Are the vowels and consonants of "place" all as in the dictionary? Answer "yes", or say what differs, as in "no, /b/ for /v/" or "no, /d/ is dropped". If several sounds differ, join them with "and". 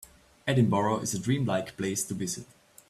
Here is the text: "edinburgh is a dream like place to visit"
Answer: yes